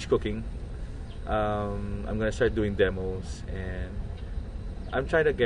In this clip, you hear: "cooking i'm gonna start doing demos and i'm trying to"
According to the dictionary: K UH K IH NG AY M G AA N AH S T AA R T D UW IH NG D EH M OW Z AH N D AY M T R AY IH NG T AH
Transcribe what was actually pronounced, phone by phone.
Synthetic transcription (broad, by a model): K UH K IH NG AY M G AA N AH S T AA R T D UW IH NG D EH M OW S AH N D AY M T R AY IH NG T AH